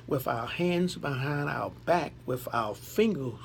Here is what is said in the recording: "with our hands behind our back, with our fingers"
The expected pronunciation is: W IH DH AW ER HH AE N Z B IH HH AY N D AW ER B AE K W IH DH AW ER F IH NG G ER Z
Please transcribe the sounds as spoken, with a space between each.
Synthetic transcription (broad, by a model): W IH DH AW ER HH AE N Z B IH HH AY N D AW ER B AE K W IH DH AW ER F IH NG G ER